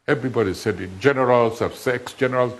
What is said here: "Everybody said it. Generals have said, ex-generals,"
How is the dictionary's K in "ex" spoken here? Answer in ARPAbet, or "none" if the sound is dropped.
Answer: K